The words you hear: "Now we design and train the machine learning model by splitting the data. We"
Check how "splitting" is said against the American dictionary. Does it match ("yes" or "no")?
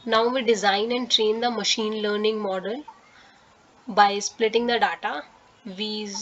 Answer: yes